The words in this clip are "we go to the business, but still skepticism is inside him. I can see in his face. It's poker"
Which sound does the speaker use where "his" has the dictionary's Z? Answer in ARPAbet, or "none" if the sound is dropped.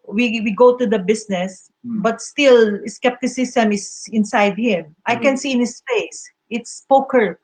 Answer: S